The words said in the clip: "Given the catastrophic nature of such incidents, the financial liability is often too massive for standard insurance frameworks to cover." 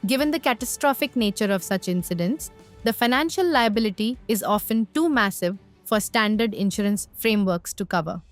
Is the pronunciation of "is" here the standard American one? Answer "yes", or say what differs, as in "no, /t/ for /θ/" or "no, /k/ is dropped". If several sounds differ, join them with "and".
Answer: yes